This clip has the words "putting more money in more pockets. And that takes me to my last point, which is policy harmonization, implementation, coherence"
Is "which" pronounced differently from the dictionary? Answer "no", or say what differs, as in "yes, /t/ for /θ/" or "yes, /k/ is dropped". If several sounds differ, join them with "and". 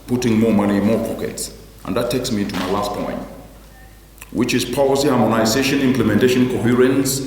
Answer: no